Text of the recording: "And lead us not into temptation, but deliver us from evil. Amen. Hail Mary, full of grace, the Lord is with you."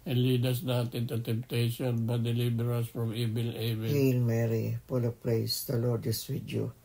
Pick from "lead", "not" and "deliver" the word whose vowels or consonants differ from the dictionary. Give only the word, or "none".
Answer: deliver